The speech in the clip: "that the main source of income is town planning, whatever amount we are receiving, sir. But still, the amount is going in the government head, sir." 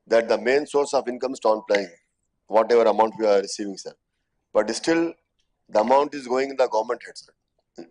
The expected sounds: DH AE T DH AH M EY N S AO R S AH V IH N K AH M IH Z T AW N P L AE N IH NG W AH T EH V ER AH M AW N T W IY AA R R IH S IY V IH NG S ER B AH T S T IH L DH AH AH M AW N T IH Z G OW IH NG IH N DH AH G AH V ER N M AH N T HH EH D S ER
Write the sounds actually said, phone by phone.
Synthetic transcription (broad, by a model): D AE T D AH M EY N S AO R S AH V IH N K AH M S T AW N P L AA IH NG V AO T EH V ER AH M AW N T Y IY AA R R IH S IY V IH NG S ER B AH T S T IH L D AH AH M AW N T IH Z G OW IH NG IH N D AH G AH V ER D M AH N T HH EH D S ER